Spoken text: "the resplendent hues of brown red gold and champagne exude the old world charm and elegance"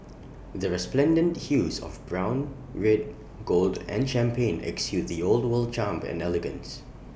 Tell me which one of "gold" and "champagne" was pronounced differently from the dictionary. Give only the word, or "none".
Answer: none